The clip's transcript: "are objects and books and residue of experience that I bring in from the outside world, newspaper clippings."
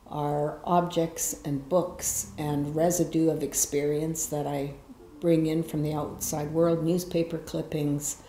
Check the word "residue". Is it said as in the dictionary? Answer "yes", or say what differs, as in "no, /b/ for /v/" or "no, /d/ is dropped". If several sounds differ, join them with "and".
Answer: yes